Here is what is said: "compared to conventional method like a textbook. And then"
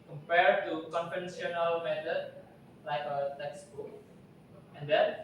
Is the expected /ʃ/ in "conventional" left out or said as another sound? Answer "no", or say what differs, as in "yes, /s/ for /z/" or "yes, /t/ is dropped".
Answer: yes, /s/ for /ʃ/